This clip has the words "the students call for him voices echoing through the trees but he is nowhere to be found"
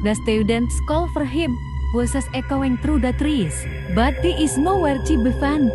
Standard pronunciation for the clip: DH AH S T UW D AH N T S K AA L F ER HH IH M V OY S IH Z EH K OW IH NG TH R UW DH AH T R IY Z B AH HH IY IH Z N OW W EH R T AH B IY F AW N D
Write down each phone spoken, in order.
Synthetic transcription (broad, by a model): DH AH S T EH D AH N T S K AA L F ER HH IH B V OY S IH S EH K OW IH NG T R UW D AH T R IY S B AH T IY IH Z N OW W EH R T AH B IY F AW N